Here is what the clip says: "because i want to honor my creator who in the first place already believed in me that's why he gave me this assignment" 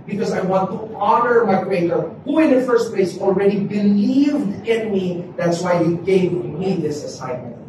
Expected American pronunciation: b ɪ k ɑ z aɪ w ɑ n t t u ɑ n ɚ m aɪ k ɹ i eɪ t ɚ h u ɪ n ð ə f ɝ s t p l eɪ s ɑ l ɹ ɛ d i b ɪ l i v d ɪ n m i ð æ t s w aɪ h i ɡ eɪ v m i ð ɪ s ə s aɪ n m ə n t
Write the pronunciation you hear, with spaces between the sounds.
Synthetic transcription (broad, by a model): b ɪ k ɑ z aɪ w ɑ n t t u ɑ n ɚ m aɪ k w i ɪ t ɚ h u ɪ n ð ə f ɝ s t p l eɪ s ɑ l ɹ ɛ d i b ɪ l i v d ɪ n m i ð æ t s w aɪ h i ɡ eɪ v m i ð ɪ s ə s aɪ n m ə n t